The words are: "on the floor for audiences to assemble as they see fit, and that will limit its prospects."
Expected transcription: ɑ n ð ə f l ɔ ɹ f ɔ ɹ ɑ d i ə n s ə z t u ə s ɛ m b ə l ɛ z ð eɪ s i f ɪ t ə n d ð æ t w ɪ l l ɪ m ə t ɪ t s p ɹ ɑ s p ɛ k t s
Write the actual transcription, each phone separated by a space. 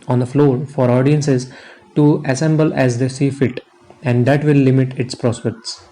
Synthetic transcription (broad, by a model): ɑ n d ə f l ɔ ɹ f ɔ ɹ ɑ d i ə n s ə z t u ə s ɛ m b ə l ɛ z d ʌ s i f ɪ t ə n d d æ t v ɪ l l ɪ m ə t ɪ t s p ɹ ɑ s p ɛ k t s